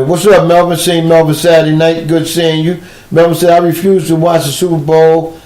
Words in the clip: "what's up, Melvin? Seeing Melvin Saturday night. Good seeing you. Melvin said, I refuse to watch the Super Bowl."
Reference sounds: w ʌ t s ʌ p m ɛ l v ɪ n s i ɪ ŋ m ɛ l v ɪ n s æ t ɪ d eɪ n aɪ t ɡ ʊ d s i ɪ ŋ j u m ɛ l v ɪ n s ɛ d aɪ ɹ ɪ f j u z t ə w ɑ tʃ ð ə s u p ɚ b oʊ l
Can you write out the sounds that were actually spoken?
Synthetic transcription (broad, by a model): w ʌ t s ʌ m ɛ l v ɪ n s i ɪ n m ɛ l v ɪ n s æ t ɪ d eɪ n aɪ t ɡ ʊ d s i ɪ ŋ j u m ɛ l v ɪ n s ɛ d aɪ ɹ ɪ f j u z t ə w ɑ tʃ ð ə s u p ɚ b oʊ l